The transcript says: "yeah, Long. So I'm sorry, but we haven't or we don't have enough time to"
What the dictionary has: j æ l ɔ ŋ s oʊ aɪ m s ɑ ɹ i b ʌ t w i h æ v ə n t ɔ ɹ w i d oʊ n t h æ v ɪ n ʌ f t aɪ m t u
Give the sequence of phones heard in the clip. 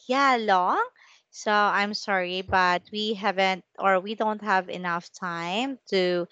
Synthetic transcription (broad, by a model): j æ l ɔ ŋ s oʊ aɪ m s ɑ ɹ i b ʌ t w i h æ v ə n t ɔ ɹ w i d oʊ n t h æ v ɪ n ʌ f t aɪ m t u